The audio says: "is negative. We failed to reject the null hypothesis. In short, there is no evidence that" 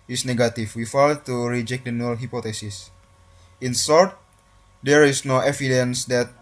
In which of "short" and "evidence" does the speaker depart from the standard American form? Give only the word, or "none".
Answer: short